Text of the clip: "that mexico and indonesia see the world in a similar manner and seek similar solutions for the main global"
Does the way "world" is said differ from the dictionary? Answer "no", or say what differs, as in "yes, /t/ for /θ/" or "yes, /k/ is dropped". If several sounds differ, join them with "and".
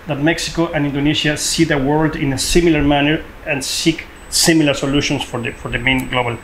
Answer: no